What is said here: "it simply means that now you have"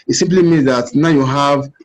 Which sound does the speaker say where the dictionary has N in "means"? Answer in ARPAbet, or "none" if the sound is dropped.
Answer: N